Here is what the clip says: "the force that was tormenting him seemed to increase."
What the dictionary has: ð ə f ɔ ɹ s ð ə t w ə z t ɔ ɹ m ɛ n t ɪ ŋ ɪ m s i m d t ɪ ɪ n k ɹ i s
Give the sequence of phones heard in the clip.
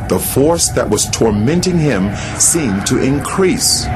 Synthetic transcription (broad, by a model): ð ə f ɔ ɹ s ð ə t w ə z t ɔ ɹ m ɛ n t ɪ ŋ ɪ m s i m t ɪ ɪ n k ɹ i s